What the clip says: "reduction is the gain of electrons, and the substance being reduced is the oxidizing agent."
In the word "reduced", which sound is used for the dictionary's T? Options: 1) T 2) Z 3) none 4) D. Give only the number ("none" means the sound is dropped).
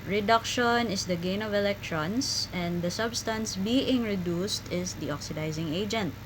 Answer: 1